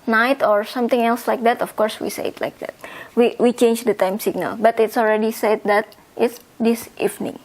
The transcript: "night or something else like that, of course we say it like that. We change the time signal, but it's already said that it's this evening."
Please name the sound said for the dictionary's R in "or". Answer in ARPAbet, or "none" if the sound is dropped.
R